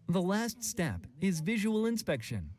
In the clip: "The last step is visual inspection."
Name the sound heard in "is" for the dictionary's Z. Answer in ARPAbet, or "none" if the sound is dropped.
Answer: Z